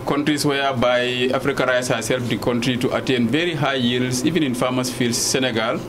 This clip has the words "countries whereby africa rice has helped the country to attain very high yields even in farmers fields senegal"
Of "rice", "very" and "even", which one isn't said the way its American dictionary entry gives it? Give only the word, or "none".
none